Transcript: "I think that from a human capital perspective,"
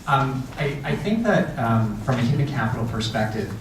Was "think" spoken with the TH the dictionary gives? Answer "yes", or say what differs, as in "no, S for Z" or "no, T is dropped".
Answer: yes